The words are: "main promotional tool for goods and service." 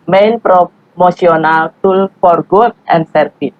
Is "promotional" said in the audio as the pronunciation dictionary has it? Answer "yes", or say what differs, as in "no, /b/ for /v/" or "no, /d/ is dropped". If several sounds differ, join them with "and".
no, /s/ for /ʃ/